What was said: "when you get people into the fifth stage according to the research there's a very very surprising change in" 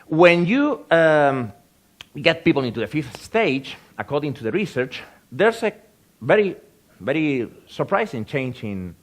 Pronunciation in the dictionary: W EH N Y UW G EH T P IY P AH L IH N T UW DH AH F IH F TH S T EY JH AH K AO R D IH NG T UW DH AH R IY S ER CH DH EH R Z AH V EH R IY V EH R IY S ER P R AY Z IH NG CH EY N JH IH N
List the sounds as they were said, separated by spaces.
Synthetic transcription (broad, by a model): W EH N Y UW G EH T P IY P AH L IH N T UW DH AH F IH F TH S T EY JH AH K AO R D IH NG T UW DH AH R IY S ER CH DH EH R S AH V EH R IY V EH R IY S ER P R AY S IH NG CH EY N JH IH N